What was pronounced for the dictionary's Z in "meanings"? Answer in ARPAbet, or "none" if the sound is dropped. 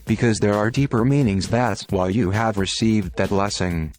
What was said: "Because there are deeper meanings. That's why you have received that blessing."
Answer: Z